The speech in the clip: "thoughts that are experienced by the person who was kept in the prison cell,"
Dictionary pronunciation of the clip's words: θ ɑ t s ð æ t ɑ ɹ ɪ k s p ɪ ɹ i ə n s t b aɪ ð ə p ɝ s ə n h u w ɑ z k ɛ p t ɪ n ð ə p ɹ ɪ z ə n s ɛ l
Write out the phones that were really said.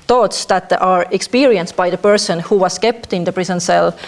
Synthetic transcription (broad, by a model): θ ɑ t s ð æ t ɑ ɹ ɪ k s p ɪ ɹ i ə n s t b aɪ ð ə p ɝ s ə n h u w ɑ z k ɛ p t ɪ n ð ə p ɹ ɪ s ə n s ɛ l